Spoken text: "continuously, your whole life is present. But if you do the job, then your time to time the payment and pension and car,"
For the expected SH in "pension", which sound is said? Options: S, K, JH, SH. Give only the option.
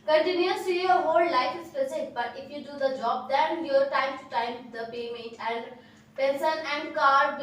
S